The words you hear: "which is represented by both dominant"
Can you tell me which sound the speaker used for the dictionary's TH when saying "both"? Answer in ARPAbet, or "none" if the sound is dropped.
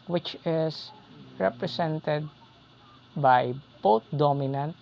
T